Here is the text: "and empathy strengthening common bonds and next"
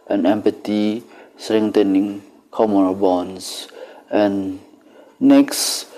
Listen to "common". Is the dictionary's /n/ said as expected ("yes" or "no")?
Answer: no